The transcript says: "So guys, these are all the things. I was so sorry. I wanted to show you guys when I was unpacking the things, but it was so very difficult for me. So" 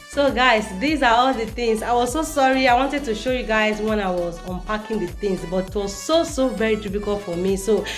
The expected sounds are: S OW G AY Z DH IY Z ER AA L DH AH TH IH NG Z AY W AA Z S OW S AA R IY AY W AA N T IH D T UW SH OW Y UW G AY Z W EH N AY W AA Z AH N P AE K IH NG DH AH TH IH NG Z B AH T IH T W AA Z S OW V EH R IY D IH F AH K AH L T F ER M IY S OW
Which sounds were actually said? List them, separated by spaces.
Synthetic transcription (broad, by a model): S OW G AY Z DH IY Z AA AA L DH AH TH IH NG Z AY W AA Z S OW S AA R IY AY W AA N T IH D T UW SH OW Y UW G AY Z W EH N AY W AA Z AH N P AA K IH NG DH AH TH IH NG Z B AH T IH T W AA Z S OW V EH R IY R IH P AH K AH L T F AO M IY S OW